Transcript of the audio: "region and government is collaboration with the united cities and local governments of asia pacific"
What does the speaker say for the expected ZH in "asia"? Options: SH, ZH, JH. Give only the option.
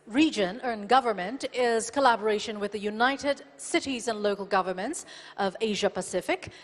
ZH